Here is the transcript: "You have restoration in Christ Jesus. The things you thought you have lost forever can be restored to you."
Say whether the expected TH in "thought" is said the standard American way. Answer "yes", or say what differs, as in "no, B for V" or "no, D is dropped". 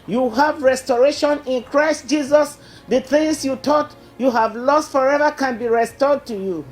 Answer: no, T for TH